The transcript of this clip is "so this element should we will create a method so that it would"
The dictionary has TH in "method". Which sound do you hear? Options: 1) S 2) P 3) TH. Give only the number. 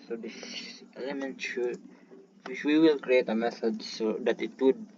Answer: 1